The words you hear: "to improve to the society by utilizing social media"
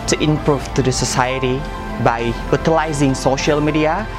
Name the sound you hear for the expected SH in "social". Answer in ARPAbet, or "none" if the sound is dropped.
SH